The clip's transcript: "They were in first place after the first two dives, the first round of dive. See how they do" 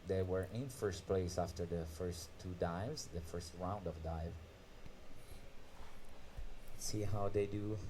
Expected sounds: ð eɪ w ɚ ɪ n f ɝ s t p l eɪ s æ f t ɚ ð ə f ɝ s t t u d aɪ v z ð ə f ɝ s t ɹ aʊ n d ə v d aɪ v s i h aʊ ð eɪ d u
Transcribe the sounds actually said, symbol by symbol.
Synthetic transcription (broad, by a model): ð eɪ w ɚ ɪ n f ɝ s t p l eɪ s æ f t ɚ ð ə f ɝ s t t u d aɪ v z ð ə f ɝ s t ɹ aʊ n d ə v d aɪ v s i h aʊ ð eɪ d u